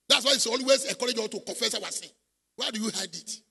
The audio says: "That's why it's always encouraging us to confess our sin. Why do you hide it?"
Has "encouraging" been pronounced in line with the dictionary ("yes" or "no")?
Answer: no